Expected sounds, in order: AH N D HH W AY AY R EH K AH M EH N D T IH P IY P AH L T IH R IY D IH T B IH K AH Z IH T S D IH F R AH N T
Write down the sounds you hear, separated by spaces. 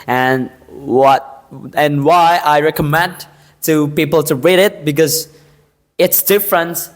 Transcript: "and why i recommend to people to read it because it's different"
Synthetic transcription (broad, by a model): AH N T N W AY AY R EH K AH M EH N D T IH P IY P L T IH R IY D IH T B IH K AH Z IH T S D IH F R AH N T